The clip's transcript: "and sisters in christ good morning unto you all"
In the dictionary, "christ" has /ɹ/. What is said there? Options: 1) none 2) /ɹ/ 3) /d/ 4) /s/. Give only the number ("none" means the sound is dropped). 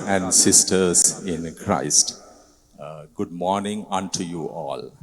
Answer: 2